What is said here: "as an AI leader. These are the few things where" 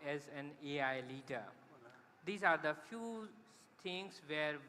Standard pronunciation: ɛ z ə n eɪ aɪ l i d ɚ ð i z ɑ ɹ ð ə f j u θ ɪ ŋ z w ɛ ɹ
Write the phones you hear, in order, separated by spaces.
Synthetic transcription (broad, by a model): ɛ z ə n eɪ aɪ l i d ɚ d i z ɑ ɹ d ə f j u t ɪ ŋ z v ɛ ɹ